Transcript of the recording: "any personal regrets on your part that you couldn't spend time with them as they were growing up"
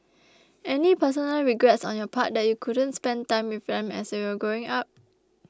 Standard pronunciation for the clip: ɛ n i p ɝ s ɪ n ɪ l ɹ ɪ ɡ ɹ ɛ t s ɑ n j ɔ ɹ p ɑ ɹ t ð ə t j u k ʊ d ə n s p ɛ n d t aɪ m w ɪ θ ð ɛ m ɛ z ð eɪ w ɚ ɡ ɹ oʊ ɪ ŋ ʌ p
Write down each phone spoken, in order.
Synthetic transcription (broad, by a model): ɛ n i p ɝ s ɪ n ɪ l ɹ ɪ ɡ ɹ ɛ t s ɑ n j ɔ p ɑ t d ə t j u k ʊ d ə n s p ɛ n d t aɪ m w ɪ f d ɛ m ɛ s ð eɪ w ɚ ɡ oʊ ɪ ŋ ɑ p